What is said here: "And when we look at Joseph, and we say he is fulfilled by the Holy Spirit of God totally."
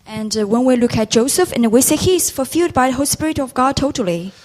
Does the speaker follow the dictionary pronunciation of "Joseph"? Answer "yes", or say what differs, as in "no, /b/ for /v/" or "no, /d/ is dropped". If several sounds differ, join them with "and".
yes